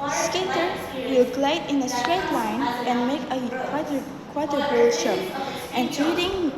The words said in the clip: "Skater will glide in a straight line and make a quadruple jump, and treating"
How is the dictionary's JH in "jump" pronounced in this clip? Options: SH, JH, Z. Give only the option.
SH